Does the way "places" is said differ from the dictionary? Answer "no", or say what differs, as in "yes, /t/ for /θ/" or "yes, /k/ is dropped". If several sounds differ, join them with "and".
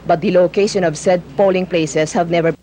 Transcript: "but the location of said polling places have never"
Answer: yes, /s/ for /z/